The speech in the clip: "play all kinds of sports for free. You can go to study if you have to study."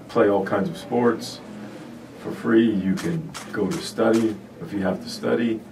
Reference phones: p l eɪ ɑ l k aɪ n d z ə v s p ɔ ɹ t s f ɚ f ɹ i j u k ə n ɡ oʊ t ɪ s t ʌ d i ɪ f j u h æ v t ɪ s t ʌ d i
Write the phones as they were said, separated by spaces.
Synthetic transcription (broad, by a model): p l eɪ ɑ l k aɪ n d z ə v s p ɔ ɹ t s f ɚ f ɹ i j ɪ k ə n ɡ oʊ t ɪ s t ʌ d i ɪ f j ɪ h æ f t ɪ s t ʌ d i